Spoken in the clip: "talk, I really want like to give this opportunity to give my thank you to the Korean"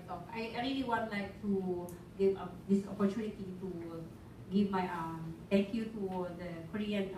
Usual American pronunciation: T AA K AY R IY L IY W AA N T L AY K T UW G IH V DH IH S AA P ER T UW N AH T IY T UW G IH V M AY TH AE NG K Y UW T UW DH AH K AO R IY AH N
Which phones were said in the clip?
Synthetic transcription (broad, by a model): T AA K AY R IY L IY W AA N T L AY K T UW G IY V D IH S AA P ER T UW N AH T IY T UW G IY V M AY T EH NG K Y UW T UW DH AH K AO R IY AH N